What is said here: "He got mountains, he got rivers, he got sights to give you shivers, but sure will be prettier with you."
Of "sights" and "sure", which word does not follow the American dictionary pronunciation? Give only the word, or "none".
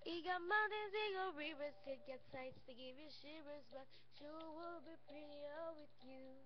sure